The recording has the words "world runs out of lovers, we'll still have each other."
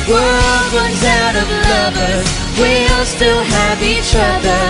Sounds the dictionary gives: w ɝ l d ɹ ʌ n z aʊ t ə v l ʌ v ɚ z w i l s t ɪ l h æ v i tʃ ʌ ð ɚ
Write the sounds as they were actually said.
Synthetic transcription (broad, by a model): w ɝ l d ɹ ʌ n z aʊ t ə v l ʌ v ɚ w i l s t ɪ l h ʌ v i tʃ ʌ ð ɚ